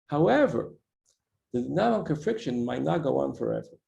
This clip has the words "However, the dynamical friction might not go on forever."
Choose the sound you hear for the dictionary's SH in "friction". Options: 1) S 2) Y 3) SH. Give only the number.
3